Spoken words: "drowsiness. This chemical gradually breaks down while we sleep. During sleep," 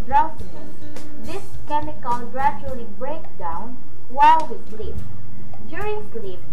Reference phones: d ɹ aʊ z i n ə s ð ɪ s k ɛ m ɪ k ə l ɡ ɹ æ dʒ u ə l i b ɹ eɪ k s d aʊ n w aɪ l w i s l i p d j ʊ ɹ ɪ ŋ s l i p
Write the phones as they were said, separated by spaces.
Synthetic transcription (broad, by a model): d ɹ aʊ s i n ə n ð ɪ s k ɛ m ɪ k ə n ɡ ɹ æ dʒ u ə l i b ɹ eɪ k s d aʊ n w aɪ l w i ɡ l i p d j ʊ ɹ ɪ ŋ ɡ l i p